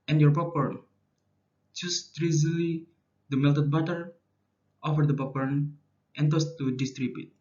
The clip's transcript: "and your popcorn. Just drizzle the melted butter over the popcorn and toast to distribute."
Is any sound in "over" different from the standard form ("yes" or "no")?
yes